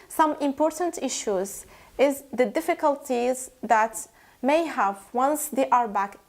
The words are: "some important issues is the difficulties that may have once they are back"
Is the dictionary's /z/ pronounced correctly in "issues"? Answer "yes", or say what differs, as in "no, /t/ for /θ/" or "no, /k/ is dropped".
yes